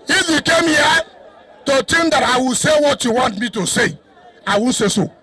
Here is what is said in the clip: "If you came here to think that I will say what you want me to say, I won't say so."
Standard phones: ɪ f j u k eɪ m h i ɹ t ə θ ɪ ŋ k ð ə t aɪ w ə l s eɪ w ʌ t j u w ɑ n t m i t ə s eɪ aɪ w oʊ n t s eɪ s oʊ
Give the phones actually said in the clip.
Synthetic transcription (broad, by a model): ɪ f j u k eɪ m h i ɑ t ə t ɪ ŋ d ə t aɪ w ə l s eɪ w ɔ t j u w ɑ n t m i t ə s eɪ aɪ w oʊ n s eɪ s oʊ